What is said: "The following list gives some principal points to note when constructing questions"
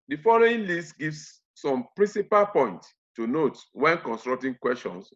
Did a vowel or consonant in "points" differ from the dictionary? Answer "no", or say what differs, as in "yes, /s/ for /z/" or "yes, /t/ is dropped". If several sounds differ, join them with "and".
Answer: yes, /s/ is dropped